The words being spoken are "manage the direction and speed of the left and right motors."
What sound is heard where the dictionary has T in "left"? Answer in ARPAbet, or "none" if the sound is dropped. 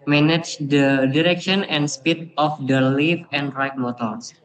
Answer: none